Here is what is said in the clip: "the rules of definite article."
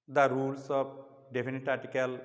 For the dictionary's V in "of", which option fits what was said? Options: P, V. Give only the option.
P